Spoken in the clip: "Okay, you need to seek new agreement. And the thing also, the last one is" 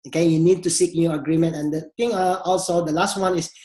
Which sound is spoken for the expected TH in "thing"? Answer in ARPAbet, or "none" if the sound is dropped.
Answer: T